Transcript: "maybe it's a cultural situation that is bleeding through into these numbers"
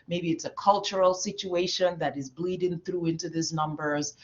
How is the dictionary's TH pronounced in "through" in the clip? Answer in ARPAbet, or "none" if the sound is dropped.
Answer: TH